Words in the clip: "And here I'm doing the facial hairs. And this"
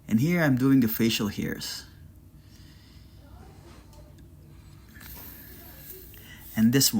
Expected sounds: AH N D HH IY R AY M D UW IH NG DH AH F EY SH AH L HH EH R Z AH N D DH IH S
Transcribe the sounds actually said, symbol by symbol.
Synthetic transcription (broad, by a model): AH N HH IY R AY M D UW IH NG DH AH F EY SH AH L HH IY R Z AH N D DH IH S